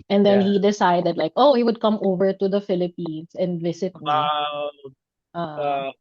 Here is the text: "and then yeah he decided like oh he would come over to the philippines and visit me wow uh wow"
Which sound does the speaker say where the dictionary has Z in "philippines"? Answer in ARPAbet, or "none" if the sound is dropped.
S